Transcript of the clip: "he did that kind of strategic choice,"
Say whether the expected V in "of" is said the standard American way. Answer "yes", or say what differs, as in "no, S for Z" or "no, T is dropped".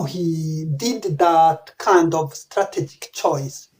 yes